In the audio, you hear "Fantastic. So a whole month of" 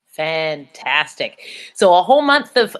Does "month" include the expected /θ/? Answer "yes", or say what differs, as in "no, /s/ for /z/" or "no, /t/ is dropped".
yes